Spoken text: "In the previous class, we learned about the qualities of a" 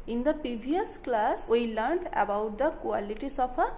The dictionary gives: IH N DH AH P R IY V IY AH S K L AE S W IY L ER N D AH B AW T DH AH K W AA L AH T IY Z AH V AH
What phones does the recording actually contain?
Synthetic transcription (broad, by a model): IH N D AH P IY B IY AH S K L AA S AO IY L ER N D AH B AW T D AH K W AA L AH T IY S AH P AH